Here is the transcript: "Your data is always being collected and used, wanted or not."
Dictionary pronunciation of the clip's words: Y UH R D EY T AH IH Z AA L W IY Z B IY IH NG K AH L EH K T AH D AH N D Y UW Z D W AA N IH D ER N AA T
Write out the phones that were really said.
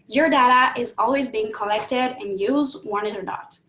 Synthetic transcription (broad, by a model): Y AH R D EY T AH IH Z AA L W IY Z B IY IH NG K AH L EH K T AH D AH N Y UW Z D W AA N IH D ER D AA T